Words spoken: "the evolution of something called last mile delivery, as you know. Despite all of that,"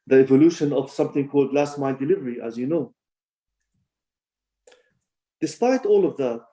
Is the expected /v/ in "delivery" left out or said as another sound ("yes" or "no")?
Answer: no